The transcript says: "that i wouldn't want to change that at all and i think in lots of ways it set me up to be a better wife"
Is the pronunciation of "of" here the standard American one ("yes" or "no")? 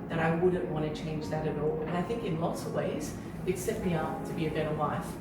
yes